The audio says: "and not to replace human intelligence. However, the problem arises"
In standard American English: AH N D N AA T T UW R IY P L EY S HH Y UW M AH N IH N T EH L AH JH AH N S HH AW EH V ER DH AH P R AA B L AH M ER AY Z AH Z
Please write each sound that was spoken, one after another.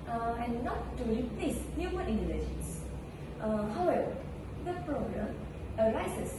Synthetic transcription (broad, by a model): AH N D N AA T T UW R IY P L EY S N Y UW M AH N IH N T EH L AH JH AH N S HH AW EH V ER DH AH P R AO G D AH M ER AY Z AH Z